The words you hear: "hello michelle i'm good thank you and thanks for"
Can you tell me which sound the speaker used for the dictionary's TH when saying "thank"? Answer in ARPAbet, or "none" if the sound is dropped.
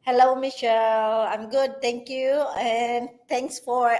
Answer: T